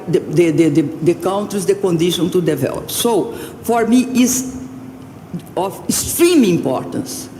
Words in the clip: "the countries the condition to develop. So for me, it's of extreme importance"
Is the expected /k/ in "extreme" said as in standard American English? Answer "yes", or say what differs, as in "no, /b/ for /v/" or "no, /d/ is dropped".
no, /k/ is dropped